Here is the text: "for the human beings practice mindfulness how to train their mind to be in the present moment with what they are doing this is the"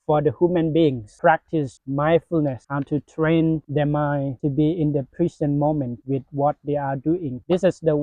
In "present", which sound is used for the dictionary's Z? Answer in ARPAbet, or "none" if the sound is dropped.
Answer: S